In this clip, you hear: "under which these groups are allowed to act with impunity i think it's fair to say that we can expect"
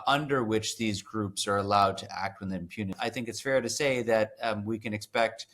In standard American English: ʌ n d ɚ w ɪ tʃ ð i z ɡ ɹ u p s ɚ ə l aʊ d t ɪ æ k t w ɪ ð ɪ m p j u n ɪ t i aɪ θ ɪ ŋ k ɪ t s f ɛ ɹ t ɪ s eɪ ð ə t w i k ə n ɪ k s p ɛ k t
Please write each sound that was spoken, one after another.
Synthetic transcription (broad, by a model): ʌ n d ɚ w ɪ tʃ ð i z ɡ ɹ u p s ɚ ə l aʊ d t ɪ æ k t w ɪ ð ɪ m p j u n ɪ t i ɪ θ ɪ ŋ k ɪ t s f ɛ ɹ t ɪ s eɪ ð ə t w i k ə n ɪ k s p ɛ k t